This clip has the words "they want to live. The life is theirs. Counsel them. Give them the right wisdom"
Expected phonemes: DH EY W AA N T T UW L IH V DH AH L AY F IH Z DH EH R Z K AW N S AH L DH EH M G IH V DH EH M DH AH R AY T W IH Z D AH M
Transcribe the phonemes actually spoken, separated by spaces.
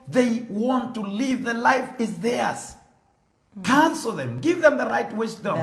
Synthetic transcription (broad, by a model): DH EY W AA N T T UW L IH V DH AH L AY F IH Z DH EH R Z K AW N S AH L DH EH M G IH V DH EH M DH AH R AY T W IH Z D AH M